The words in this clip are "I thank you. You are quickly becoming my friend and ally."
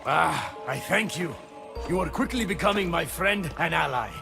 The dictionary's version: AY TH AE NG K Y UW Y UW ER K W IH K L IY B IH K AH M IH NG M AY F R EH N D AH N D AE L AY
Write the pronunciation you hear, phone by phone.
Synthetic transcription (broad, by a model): AY TH AE NG K Y UW Y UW ER K W IH K L IY B IH K AH M IH NG M AY F R EH N D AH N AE L AY